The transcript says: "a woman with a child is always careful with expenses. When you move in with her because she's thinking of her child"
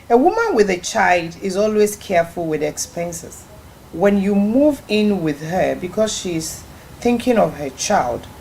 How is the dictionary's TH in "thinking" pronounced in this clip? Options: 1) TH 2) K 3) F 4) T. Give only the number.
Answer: 1